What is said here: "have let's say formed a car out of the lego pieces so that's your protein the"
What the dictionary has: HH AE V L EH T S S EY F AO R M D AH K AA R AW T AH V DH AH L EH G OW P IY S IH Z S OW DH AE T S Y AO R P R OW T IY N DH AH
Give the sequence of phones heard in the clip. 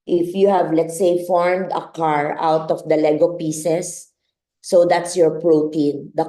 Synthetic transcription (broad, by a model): HH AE V L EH T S S EY F AO R M D AH K AA R AW T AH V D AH L EH G OW P IY S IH S OW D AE T S Y AO R P R OW T IY N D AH